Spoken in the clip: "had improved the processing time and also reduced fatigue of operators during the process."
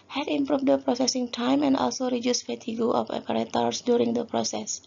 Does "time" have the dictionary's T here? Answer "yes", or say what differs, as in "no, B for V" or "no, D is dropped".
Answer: yes